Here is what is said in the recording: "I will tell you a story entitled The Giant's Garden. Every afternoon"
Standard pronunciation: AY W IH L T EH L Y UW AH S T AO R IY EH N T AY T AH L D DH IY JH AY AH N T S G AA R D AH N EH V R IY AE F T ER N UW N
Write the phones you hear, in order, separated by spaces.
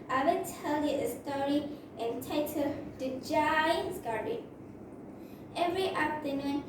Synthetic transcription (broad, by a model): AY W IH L T EH L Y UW AH S T AO R IY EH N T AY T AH D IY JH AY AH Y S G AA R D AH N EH V R IY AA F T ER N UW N